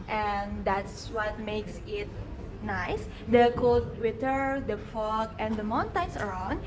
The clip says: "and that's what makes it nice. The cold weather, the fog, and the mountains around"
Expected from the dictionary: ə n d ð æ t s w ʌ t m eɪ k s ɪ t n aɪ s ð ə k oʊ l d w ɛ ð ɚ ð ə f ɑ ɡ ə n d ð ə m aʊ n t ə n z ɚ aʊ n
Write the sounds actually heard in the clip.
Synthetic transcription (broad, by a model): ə n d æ t s w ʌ t m eɪ k s ɪ t n aɪ s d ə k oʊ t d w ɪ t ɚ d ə f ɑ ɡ ə n d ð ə m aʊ n t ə n s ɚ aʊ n